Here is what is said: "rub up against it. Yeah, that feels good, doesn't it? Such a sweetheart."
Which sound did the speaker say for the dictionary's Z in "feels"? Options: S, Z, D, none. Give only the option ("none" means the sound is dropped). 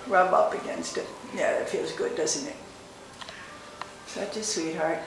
Z